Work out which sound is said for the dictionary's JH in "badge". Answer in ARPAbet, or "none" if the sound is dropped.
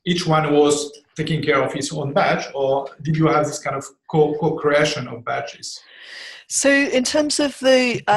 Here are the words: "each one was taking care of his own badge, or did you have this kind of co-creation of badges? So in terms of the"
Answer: CH